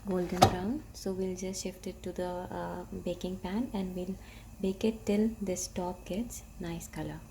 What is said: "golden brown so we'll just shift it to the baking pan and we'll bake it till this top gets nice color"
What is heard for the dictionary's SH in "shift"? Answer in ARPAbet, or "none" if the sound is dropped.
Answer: SH